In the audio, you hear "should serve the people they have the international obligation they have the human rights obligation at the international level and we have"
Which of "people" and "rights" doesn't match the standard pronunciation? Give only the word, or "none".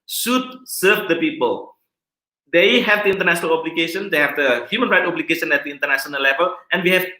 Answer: rights